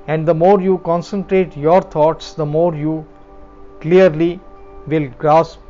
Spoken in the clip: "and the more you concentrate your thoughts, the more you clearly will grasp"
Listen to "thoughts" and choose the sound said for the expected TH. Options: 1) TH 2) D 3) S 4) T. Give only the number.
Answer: 4